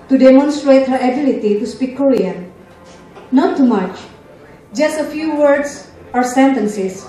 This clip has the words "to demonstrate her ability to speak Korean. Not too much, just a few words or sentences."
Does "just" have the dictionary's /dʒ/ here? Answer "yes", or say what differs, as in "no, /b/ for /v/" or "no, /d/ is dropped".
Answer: yes